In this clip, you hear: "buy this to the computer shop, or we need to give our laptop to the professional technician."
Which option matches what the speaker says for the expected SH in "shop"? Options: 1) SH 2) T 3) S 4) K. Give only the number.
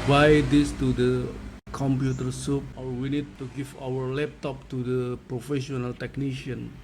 3